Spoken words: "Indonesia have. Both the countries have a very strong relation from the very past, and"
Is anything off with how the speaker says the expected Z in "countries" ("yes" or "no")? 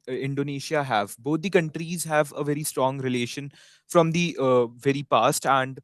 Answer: no